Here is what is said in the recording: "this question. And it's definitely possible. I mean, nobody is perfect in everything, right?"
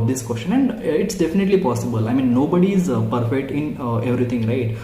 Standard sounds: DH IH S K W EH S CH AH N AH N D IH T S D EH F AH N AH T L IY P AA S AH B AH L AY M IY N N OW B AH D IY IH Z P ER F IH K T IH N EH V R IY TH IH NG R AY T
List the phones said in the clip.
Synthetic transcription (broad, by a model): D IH S K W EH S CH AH N AH N D IH T S D EH F AH N AH T L IY P AA S AH B AH L AY M IY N N OW B AH D IY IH Z P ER F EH K T IH N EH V R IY T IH NG R AY T